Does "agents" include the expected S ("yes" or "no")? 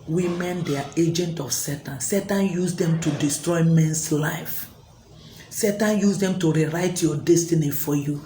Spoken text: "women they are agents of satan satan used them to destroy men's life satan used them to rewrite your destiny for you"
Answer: no